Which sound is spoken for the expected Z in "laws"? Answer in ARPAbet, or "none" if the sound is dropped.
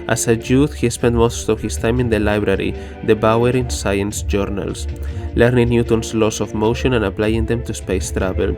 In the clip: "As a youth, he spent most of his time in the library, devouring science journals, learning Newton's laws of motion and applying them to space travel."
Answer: S